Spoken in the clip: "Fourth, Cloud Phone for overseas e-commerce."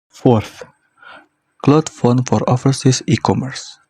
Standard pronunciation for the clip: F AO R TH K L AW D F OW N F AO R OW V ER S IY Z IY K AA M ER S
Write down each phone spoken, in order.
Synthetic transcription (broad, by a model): F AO R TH K L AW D F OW N F AO R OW F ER S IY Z IY K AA M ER S